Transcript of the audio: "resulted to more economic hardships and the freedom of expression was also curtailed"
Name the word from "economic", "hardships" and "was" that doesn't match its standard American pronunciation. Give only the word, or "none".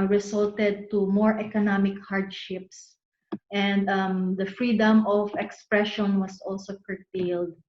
was